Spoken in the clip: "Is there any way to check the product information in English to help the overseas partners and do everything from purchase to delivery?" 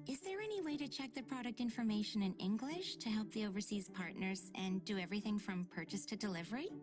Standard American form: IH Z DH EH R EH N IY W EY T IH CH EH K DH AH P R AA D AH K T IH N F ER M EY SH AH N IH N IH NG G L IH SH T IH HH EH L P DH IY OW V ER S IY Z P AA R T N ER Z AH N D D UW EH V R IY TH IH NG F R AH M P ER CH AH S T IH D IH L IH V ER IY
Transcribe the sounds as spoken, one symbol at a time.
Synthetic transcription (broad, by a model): IH Z DH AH R EH N IY W EY T IH CH EH K DH AH P R AA D AH K T IH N F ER M EY SH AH N IH N IH NG G L IH SH T IH HH EH L P DH IY OW V ER S IY Z P AA R T N ER Z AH N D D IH EH V R IY TH IH NG F R AH M P ER CH AH S T IH D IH L IH V ER IY